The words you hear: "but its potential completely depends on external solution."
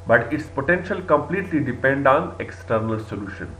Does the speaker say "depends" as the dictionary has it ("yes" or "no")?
no